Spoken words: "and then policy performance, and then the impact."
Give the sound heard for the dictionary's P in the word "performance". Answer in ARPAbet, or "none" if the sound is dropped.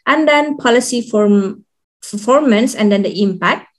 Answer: F